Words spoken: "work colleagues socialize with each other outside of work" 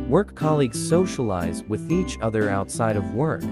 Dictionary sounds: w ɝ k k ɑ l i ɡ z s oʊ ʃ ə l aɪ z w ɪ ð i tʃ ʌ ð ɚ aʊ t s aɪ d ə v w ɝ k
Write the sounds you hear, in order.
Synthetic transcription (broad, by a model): w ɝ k k ɑ l i ɡ z s oʊ ʃ ə l aɪ z w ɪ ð i tʃ ʌ ð ɚ aʊ t s aɪ d ə v w ɝ k